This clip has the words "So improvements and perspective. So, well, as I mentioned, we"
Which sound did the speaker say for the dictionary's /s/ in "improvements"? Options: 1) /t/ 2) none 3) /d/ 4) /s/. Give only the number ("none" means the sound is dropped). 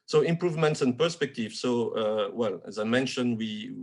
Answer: 4